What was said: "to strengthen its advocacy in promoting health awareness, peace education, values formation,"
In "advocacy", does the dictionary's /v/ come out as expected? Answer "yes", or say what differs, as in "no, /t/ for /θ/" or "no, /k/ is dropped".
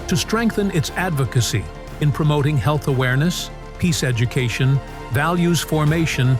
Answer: yes